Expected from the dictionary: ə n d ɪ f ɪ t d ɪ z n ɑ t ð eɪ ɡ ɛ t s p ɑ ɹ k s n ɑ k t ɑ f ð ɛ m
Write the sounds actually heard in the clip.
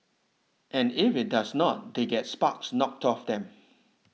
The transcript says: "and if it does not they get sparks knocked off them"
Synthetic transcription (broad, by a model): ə n ɪ f ɪ t d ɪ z n ɑ t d eɪ ɡ ɛ t s p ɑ k s n ɑ k t ɑ f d ɛ m